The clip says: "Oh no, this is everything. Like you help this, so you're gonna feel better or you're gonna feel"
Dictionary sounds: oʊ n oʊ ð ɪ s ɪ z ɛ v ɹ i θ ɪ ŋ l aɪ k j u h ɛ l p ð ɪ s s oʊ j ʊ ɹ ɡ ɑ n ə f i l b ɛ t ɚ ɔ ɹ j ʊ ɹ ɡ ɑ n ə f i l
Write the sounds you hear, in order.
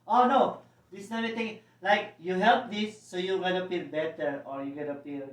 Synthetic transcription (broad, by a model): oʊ n oʊ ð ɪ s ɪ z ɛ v i t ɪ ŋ l aɪ k j u h ɛ l p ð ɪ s s oʊ j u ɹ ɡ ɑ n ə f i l b ɛ t ɚ ɔ ɹ j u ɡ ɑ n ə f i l